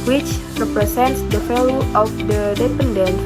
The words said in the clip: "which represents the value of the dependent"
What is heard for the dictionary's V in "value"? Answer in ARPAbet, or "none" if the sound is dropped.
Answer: F